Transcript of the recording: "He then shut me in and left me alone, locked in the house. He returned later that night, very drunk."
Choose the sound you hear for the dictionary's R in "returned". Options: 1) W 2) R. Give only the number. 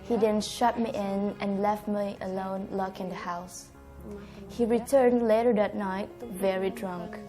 2